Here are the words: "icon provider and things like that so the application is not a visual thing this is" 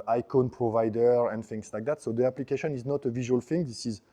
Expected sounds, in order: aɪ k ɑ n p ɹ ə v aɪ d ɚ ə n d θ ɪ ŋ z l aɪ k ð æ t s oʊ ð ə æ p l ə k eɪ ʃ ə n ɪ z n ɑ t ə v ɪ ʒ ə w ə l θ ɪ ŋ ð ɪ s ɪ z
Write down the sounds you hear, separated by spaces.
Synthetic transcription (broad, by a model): aɪ k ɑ n p ɹ ə v aɪ d ɚ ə n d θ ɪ ŋ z l aɪ k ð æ t s oʊ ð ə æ p l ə k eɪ ʃ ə n ɪ z n ɑ t ə v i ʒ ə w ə l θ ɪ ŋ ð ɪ s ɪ z